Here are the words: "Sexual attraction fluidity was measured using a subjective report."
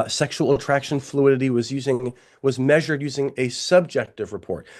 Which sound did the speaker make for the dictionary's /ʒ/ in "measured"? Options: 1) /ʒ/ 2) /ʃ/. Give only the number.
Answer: 1